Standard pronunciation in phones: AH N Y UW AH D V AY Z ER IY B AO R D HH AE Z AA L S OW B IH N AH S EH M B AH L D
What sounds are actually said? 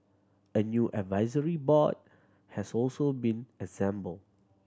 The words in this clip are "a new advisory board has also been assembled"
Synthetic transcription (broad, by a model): AH N Y UW AH D V AY Z ER IY B AO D HH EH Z AA L S OW B IH N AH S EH M B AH L